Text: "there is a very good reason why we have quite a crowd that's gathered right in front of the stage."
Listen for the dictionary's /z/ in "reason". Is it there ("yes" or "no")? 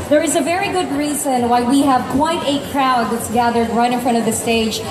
yes